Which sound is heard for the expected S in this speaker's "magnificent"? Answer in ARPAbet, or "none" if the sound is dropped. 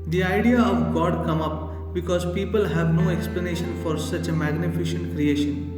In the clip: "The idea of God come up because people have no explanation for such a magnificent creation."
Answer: SH